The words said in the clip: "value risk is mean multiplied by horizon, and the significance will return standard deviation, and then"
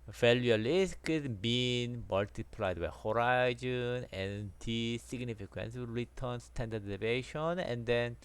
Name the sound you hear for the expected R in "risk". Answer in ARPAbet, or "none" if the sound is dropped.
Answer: L